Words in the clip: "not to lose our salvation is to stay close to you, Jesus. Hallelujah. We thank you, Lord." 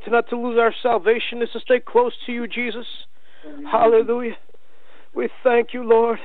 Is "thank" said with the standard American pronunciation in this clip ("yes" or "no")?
yes